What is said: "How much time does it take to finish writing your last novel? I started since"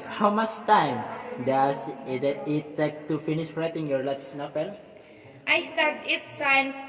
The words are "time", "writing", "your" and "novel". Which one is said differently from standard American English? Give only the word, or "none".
novel